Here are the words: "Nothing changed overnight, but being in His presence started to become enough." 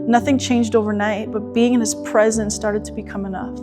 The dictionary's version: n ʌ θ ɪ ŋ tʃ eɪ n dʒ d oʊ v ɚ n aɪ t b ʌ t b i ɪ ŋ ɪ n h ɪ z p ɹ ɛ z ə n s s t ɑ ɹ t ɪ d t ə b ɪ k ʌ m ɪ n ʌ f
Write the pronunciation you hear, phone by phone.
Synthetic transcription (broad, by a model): n ʌ θ ɪ ŋ tʃ eɪ n dʒ d oʊ v ɚ n aɪ t b ʌ t b i ɪ ŋ ɪ n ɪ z p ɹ ɛ z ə n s s t ɑ ɹ t ɪ d t ə b ɪ k ʌ m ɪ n ʌ f